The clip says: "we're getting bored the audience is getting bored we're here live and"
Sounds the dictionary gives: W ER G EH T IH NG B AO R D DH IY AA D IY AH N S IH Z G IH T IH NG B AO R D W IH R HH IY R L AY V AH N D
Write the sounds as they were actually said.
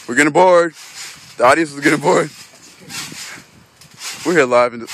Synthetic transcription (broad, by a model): W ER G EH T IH B AO R D DH IY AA D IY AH S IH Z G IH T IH B AO R D W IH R HH IY R L AY V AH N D